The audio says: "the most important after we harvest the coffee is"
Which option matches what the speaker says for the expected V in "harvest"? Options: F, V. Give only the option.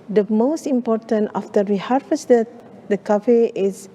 F